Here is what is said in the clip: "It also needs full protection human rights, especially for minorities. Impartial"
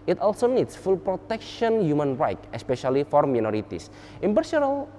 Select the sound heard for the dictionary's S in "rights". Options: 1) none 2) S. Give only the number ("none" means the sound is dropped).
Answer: 1